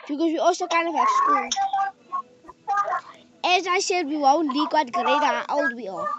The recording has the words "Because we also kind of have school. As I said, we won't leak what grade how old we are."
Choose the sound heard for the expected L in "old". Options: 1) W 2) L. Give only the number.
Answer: 1